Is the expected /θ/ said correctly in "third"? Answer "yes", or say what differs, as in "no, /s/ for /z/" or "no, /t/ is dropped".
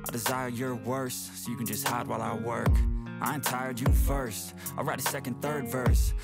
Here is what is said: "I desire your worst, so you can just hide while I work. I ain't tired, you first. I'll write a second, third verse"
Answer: yes